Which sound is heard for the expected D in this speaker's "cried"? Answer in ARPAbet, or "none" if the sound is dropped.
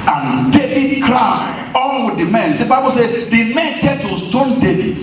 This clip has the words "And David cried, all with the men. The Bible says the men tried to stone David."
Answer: none